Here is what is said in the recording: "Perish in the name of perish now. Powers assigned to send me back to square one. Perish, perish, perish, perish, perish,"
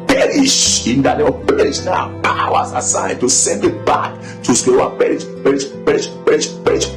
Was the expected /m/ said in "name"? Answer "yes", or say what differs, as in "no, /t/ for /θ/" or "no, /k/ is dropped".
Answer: no, /m/ is dropped